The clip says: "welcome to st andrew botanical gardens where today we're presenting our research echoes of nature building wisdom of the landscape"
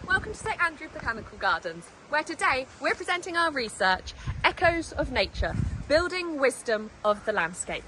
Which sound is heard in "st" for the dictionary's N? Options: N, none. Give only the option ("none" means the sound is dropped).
none